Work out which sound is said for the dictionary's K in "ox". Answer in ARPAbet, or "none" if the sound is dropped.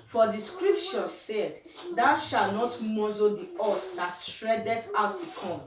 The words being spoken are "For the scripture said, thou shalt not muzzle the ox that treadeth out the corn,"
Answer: none